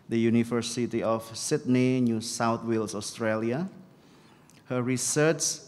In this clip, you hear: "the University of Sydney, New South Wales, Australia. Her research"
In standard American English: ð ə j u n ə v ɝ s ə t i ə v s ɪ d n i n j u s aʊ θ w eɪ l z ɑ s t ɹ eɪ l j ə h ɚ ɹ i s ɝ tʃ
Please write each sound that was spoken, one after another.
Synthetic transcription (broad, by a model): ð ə j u n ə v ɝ s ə t i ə f s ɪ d n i n j u s aʊ t w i l s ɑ s t ɹ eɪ l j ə h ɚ ɹ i s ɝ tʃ